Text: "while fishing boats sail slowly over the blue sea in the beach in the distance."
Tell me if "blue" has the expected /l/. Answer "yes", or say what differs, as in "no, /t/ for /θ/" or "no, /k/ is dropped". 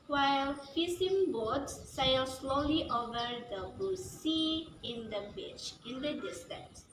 no, /l/ is dropped